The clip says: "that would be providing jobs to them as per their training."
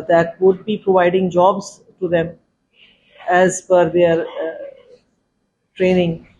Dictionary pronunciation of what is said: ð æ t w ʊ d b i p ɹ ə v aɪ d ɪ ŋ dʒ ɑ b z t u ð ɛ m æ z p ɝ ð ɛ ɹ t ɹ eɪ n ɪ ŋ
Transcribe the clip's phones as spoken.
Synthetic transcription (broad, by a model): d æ t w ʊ d b i p ɹ ə v aɪ d ɪ ŋ dʒ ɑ b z t u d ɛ m æ z f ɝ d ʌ ɹ t ɹ eɪ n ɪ ŋ